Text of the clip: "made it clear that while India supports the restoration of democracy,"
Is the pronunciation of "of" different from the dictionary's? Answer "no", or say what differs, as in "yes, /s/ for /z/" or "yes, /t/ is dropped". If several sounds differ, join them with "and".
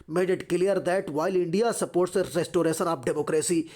yes, /p/ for /v/